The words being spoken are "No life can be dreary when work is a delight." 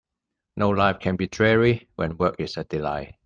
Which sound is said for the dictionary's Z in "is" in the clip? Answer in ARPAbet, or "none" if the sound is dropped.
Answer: S